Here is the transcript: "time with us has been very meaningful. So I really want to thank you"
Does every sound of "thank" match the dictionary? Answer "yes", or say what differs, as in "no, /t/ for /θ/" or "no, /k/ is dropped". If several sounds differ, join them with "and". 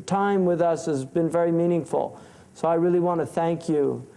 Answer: yes